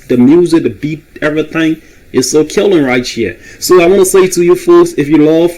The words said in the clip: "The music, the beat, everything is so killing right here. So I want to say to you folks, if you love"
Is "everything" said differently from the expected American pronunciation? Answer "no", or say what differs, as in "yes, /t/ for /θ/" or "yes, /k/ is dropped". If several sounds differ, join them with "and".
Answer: no